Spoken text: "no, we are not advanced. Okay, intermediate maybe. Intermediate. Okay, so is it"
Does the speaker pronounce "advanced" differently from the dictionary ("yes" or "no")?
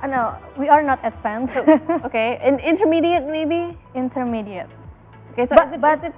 yes